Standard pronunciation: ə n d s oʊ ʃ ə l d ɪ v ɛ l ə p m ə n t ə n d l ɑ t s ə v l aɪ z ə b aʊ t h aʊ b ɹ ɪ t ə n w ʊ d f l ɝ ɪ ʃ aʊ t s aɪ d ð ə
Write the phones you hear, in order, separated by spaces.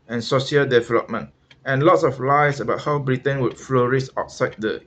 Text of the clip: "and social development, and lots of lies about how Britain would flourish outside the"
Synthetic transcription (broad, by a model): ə n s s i ə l d ɪ v ɛ l ə p m ə n t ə n l ɑ t s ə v l aɪ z ə b aʊ t h aʊ b ɹ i t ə n w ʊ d f l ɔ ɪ s aʊ t s aɪ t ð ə